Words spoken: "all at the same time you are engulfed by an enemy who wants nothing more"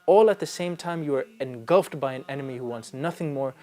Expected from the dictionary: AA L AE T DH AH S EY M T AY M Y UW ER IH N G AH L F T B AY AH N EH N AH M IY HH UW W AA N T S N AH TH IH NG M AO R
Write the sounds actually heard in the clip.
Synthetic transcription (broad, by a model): AA L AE T DH AH S EY M T AY M Y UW ER IH N G AH L F T B AY AH N EH N AH M IY HH UW W AA N T S N AH TH IH NG M AO R